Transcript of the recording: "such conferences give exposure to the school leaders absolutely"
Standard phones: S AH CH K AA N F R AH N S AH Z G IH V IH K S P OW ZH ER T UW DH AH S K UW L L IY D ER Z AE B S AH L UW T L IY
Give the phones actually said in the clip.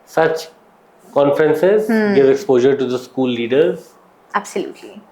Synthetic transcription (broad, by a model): S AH CH K AA N F R AH N S AH Z G IH V IH K S P OW ZH ER T UW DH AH S K UW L L IY D ER Z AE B S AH L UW T L IY